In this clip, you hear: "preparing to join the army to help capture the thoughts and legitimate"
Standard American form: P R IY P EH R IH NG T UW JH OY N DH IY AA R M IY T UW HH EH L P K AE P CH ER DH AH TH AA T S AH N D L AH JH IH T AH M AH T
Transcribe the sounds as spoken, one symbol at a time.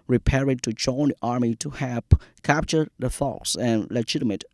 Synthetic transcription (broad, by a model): R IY P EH R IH T UW JH OY N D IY AA R M IY T UW HH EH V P K AE P CH ER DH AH F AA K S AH N L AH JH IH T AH M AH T